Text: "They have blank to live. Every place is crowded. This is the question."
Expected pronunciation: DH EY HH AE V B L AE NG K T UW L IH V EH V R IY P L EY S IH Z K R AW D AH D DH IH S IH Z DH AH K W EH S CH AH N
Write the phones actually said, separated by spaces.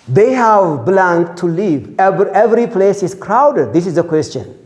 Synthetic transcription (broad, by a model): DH EY HH AE V B L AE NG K T UW L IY V EH V R IY P L EY S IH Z K R AW D AH D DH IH S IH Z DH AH K W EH S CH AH N